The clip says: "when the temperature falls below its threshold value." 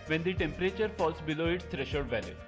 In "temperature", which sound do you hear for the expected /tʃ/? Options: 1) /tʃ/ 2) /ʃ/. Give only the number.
1